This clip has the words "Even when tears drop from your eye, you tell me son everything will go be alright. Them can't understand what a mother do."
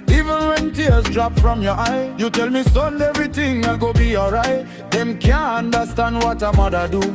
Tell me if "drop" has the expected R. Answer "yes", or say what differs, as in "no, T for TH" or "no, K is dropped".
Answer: yes